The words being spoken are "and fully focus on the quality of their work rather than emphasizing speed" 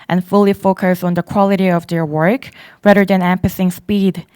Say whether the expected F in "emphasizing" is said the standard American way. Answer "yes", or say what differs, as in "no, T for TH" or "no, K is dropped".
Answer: no, P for F